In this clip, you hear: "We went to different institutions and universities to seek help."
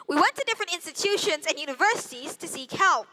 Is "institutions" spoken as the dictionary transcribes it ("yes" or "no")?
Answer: yes